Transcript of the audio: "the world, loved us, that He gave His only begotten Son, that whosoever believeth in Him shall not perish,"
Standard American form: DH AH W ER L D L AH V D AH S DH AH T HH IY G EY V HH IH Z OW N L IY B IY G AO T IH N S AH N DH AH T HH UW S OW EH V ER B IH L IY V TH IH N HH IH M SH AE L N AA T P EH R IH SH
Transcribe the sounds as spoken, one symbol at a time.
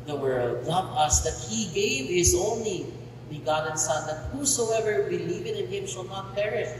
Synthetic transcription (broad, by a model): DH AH W ER L D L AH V AH S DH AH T HH IY G EY V HH IH Z OW N L IY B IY G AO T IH N S AH N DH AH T HH UW S OW EH V ER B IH L IY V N IH N HH IH M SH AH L N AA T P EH R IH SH